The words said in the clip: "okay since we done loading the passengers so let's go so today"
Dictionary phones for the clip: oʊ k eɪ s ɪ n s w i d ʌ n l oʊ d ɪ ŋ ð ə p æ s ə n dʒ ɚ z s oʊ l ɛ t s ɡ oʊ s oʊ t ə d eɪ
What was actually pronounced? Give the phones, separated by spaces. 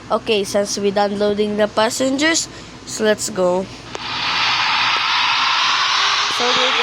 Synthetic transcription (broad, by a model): oʊ k eɪ s ɪ n s w i d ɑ n l oʊ d ɪ ŋ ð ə p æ s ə n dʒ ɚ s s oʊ l ɛ t s ɡ oʊ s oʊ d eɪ